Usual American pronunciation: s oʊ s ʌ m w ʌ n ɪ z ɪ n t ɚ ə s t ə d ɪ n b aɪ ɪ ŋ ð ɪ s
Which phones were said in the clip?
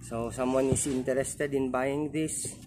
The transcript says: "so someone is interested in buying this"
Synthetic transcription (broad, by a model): s oʊ s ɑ m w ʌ n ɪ s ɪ n t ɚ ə s t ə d ɪ n b aɪ ɪ ŋ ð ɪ s